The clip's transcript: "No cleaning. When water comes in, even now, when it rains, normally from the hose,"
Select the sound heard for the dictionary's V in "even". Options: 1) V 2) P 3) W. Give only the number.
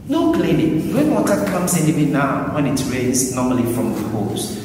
3